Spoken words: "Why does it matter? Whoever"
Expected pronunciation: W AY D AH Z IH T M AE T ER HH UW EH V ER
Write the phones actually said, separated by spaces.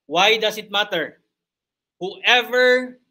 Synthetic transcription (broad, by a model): W AY D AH S IH T M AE T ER HH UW EH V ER